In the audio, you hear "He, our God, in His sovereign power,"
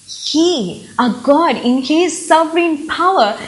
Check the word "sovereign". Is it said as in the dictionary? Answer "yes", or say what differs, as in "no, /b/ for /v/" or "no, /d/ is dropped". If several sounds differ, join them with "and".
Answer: no, /f/ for /v/